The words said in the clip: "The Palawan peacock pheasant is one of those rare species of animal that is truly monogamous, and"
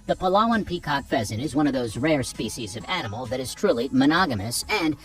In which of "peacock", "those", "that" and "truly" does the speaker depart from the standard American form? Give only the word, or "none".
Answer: none